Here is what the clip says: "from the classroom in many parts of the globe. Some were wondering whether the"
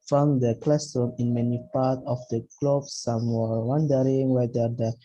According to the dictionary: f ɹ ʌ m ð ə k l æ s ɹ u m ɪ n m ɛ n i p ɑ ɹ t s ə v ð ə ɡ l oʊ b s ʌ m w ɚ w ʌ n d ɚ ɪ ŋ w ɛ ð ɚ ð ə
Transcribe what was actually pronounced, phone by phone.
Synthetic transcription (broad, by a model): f ɹ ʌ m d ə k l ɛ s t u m ɪ n m ɛ n i p ɑ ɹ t ə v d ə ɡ l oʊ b s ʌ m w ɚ w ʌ n d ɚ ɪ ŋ w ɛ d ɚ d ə